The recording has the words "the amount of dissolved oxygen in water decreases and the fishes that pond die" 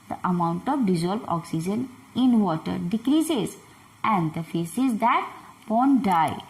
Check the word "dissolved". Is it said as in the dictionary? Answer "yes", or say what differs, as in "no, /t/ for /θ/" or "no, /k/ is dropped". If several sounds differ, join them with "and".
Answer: no, /b/ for /v/